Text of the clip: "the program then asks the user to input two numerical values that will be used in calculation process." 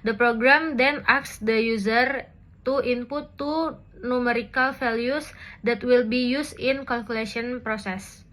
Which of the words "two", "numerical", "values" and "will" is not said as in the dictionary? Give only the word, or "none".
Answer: values